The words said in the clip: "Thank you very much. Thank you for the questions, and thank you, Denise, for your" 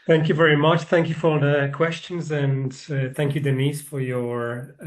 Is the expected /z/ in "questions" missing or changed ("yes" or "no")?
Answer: no